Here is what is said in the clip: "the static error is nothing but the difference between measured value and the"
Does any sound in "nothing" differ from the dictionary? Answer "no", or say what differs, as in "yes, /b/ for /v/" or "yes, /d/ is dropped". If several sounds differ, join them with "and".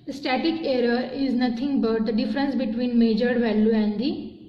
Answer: yes, /t/ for /θ/